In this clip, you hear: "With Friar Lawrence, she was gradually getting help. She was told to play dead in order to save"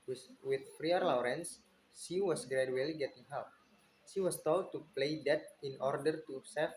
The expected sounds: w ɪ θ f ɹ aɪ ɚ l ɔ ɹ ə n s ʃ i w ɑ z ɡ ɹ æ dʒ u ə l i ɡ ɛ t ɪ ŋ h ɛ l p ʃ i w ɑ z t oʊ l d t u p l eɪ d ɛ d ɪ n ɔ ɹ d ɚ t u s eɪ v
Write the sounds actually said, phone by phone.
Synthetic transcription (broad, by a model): w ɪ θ f ɹ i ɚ l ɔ ɹ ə n s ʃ i w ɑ s ɡ ɹ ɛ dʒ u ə l i ɡ ɛ t ɪ ŋ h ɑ p ʃ i w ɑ s t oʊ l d t u p l eɪ d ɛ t ɪ n ɔ ɹ d ɚ t u s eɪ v